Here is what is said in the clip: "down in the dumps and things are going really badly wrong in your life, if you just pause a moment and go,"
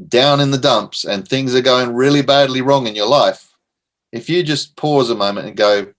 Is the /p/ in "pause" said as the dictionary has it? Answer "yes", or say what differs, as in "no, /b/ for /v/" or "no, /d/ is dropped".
yes